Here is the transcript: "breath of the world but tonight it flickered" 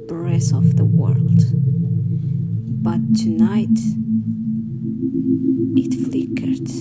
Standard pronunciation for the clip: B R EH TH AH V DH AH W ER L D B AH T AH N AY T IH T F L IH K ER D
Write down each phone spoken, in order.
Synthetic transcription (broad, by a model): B R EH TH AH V DH AH W ER L D B AH T AH N AY T IH T F L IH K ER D